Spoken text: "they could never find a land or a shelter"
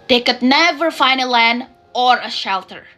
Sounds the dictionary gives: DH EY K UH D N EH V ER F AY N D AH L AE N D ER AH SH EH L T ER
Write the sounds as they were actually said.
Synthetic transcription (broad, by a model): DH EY K UH D N EH V ER F AY N D AH L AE N ER AH SH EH L T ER